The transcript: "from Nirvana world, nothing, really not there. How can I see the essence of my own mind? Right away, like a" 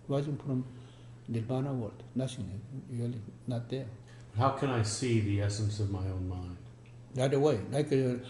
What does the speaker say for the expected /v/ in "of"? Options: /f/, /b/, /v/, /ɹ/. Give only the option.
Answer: /v/